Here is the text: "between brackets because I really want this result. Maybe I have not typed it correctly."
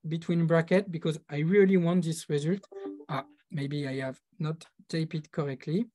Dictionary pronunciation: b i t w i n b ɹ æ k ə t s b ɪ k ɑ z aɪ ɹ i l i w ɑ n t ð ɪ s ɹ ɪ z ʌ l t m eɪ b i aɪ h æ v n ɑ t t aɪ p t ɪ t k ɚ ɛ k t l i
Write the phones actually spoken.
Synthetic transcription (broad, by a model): b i t w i n b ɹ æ k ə t b ɪ k ɑ z aɪ ɹ i l i w ɑ n t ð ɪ s ɹ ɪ z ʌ l t m eɪ b i aɪ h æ v n ɑ t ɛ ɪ p ɪ t k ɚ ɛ k t l i